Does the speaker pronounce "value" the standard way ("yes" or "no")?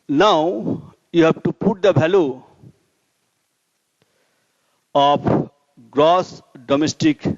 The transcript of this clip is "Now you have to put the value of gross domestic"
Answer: no